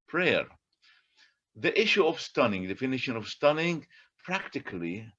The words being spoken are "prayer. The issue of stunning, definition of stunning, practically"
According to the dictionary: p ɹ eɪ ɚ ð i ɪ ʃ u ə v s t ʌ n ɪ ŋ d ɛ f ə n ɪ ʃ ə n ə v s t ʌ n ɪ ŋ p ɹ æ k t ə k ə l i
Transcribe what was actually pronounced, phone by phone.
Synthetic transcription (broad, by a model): p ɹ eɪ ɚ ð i ɪ ʃ u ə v s t ʌ n ɪ ŋ d ɛ f ə n ɪ ʃ ə n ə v s t ʌ n ɪ ŋ p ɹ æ k t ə k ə l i